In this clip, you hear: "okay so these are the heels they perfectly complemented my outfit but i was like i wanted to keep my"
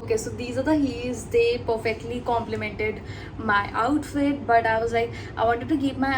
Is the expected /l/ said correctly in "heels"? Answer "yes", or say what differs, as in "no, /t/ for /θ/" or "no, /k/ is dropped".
no, /l/ is dropped